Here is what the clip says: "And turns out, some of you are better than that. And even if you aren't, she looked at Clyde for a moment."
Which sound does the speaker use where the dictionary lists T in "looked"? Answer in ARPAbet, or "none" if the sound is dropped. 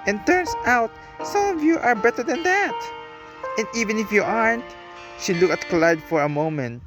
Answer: none